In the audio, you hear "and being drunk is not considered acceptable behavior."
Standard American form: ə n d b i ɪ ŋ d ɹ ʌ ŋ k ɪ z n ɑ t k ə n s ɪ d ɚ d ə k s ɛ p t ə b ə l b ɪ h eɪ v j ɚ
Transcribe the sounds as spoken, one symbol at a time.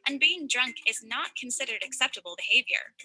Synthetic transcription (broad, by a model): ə n b i ɪ ŋ d ɹ ʌ ŋ k ɪ z n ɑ t k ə n s ɪ d ɚ d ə k s ɛ p t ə b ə l b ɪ h eɪ v j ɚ